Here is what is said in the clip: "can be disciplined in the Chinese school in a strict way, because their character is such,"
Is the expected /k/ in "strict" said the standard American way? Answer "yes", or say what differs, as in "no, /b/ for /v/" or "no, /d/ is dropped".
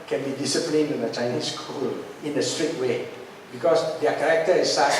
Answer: no, /k/ is dropped